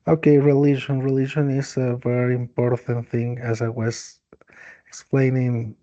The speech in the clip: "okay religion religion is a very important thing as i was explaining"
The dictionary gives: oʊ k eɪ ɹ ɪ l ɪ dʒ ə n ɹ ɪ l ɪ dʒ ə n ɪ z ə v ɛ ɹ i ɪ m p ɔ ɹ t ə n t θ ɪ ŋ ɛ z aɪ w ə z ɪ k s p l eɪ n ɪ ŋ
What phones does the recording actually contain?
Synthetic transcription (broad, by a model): oʊ k eɪ ɹ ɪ l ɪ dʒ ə n ɹ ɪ l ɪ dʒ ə n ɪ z ə v ɛ ɹ i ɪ m p ɔ ɹ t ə n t θ ɪ ŋ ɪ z aɪ w ə z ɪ k s p l eɪ n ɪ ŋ